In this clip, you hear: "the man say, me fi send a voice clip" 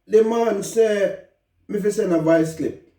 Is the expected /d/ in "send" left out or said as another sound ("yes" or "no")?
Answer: yes